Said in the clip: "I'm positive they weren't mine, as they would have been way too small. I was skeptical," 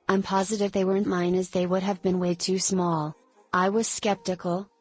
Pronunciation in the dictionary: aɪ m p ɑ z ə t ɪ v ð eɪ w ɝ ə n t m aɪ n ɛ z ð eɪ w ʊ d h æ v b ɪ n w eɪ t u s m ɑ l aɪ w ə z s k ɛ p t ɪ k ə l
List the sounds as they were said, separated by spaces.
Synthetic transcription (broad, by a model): aɪ m p ɑ z ə t ɪ v ð eɪ w ɝ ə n m aɪ n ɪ z ð eɪ w ʊ d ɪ v b ɪ n w eɪ t u s m ɑ l aɪ w ə z s k ɛ p t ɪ k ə l